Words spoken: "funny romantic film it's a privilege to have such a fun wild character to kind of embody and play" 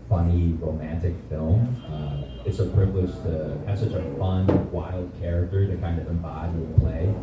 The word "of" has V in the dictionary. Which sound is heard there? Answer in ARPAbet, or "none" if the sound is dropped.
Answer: V